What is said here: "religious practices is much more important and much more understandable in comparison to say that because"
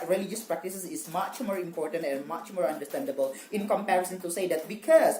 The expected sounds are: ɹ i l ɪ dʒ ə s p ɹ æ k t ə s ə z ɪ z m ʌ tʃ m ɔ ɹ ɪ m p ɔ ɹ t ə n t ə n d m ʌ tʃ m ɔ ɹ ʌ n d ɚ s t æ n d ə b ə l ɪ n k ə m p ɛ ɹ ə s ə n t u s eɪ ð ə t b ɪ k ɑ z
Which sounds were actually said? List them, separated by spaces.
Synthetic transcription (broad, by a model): ɹ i l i dʒ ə s p ɹ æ k t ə s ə s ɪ s m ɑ tʃ m ɔ ɹ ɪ m p ɔ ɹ t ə n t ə n m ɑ tʃ m ɔ ɹ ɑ n d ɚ s t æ n d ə b ə l ɪ n k ə m p ɛ ɹ ə s ə n t u s eɪ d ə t b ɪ k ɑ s